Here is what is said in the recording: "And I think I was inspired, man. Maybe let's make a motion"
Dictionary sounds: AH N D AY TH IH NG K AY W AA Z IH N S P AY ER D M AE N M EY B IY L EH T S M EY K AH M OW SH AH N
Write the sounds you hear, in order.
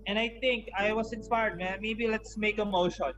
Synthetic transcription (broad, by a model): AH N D AY T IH NG K AY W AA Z IH N S P AY ER D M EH M EY B IY L EH T S M EY K AH M OW SH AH N